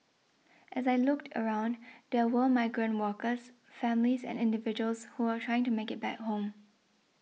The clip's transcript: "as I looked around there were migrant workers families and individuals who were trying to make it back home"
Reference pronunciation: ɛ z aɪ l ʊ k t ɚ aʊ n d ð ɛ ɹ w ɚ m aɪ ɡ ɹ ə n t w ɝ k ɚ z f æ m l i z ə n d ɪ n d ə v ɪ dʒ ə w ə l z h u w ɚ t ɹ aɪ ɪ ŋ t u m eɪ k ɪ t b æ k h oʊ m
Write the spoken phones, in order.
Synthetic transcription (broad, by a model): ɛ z aɪ l ʊ k t ɚ aʊ n d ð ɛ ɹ w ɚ m aɪ ɡ ɹ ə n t w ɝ k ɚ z f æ m l i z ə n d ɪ n d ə v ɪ dʒ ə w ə l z h u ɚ t ɹ aɪ ɪ ŋ t u m eɪ k ɪ t b æ k h oʊ m